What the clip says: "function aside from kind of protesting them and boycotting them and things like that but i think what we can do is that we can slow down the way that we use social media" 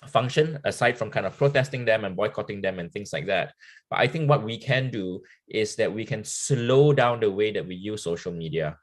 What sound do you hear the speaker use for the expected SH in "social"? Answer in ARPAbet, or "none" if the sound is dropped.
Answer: SH